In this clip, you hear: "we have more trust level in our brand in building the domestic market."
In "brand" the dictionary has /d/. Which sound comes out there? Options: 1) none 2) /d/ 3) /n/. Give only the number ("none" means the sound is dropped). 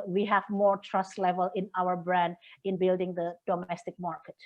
2